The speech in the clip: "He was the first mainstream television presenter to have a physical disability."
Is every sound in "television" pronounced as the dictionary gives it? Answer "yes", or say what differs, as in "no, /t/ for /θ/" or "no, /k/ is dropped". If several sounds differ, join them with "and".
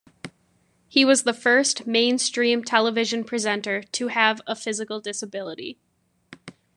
yes